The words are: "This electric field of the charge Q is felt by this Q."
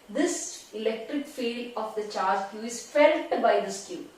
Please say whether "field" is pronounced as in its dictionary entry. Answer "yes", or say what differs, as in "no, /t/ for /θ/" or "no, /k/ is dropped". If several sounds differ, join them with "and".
no, /d/ is dropped